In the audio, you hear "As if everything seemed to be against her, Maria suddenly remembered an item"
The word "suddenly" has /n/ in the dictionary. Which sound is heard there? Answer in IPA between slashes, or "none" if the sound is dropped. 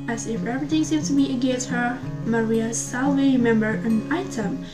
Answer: none